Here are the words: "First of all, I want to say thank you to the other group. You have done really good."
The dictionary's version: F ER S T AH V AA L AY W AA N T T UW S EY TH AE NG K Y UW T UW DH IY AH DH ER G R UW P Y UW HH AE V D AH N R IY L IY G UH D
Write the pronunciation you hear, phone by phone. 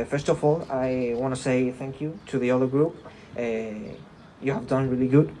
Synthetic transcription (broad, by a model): F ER S T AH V AA L AY W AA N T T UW S EY TH AE NG K Y UW T UW DH IY AH DH ER G R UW P Y UW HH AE V D AH N R IY L IY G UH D